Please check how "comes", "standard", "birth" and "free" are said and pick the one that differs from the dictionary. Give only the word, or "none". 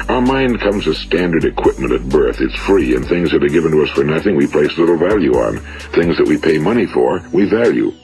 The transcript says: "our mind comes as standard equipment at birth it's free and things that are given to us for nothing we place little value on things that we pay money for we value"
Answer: none